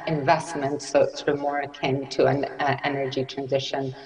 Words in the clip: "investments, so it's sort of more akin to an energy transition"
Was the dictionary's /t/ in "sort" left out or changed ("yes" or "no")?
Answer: yes